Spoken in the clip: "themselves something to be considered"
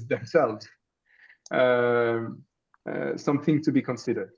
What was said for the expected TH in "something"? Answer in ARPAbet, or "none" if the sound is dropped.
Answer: TH